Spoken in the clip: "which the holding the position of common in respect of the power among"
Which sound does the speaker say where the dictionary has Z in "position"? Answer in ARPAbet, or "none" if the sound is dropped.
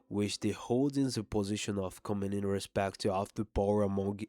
Z